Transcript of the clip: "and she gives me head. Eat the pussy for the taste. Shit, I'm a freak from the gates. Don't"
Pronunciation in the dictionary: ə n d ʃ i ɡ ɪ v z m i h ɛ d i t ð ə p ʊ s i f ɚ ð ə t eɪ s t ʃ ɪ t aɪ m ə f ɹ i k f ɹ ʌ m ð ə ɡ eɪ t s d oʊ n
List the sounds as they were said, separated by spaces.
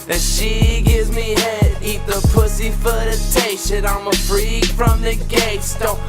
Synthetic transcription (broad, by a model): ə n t ʃ i ɡ ɪ v z m i h ɛ d i t ð ə p ʊ s i f ɚ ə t eɪ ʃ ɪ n aɪ m ə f ɹ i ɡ f ɹ ʌ m ð ə ɡ eɪ t s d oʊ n